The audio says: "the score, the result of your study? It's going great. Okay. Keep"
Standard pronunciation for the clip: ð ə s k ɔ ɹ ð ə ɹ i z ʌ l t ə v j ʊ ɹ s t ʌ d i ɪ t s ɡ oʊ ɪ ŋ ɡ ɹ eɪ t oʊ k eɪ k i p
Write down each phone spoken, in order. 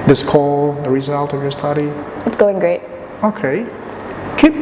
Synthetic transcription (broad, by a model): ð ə s k ɔ l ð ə ɹ i z ʌ l t ə v j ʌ ɹ s t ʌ d i ɪ t s ɡ oʊ ɪ ŋ ɡ ɹ eɪ t oʊ k eɪ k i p